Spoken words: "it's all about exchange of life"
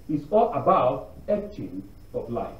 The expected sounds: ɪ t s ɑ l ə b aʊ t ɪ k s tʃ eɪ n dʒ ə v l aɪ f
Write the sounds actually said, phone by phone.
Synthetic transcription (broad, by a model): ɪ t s ɑ l ə b aʊ t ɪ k tʃ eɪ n ə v l aɪ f